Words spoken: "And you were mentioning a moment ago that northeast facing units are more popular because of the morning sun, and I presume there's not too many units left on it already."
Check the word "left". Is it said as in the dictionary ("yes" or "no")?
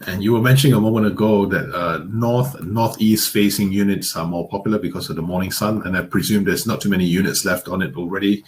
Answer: yes